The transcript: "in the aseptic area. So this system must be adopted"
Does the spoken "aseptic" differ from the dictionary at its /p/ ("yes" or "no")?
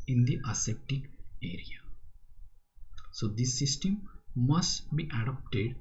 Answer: yes